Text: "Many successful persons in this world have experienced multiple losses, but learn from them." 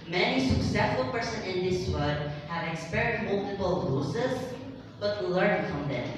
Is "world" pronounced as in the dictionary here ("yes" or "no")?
no